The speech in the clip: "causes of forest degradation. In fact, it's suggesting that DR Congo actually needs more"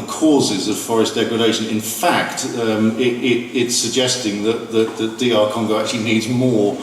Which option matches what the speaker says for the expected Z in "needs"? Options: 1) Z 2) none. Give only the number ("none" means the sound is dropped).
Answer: 1